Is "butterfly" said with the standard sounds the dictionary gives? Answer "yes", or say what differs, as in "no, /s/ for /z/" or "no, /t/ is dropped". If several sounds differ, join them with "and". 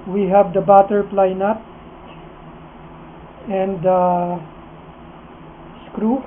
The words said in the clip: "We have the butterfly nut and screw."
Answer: no, /p/ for /f/